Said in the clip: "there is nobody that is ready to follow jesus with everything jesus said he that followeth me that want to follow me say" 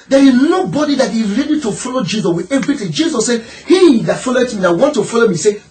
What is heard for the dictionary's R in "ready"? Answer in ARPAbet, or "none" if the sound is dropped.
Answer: R